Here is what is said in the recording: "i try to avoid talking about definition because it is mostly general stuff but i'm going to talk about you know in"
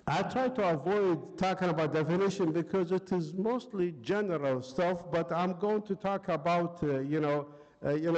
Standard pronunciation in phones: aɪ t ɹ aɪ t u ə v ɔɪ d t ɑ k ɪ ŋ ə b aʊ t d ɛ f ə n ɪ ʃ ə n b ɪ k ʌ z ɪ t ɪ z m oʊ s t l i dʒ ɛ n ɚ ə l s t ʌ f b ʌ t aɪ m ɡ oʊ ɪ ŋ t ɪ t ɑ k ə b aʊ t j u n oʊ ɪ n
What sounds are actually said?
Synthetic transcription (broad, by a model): aɪ t ɹ aɪ t u ə v ɔɪ d t ɑ k ɪ ŋ ə b aʊ t d ɛ f ə n ɪ ʃ ə n b ɪ k ʌ z ɪ t ɪ z m oʊ s t l i dʒ ɛ n ɚ ə l s t ʌ f b ʌ t aɪ m ɡ oʊ ɪ ŋ t ɪ t ɑ k ə b aʊ t j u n oʊ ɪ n